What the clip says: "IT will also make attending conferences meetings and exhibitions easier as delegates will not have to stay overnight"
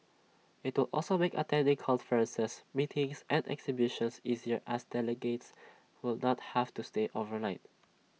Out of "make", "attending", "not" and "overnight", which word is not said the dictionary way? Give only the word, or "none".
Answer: none